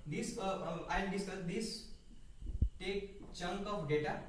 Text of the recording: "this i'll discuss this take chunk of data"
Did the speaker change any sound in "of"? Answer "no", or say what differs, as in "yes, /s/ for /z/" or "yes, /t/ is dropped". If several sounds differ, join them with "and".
yes, /p/ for /v/